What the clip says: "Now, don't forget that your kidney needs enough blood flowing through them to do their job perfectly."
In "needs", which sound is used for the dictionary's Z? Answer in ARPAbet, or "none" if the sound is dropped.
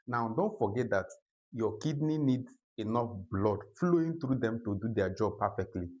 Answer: none